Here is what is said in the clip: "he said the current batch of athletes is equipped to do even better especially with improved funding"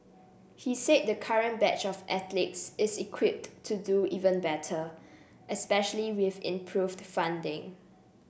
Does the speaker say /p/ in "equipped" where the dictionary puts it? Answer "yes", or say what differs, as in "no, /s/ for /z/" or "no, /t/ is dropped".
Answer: yes